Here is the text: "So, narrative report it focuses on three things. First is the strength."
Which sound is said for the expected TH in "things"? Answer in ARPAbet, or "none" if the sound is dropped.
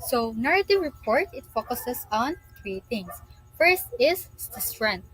T